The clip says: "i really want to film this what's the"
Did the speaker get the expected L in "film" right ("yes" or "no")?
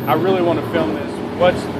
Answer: yes